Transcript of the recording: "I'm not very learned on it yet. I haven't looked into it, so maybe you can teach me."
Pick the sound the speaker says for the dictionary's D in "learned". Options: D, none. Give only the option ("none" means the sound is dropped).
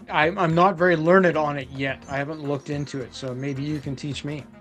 D